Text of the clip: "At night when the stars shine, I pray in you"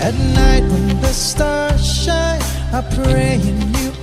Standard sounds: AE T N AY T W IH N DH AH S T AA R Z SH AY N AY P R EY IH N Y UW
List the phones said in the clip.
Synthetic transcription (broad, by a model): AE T N AY T W IH N DH AH S T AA R SH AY AY P R EY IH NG Y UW